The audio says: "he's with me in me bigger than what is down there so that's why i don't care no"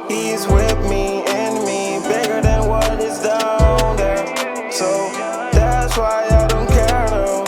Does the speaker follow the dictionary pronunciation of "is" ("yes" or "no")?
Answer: yes